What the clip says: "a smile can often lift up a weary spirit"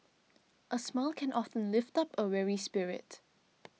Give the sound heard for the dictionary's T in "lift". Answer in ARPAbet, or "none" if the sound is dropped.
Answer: T